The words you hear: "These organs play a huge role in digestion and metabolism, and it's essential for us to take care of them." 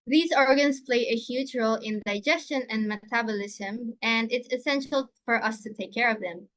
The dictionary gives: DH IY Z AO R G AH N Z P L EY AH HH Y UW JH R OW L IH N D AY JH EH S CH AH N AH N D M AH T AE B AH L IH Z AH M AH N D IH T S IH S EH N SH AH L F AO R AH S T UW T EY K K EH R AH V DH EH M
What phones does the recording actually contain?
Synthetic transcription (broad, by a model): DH IY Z AO R G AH N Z P L EY AH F Y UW CH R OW L IH N D AY JH EH S CH AH N AH N D M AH T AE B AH L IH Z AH M AH N D IH T S IH S EH N SH AH L F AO R AH S T UW T EY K K EH R AH V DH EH M